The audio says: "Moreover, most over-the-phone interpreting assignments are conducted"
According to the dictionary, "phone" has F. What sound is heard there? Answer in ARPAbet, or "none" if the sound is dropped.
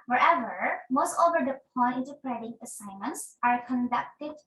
P